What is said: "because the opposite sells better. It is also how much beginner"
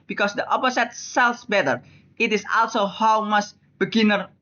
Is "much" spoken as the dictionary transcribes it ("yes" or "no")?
no